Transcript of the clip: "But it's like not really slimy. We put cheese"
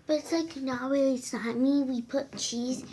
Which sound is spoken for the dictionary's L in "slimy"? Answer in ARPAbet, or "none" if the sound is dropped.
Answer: none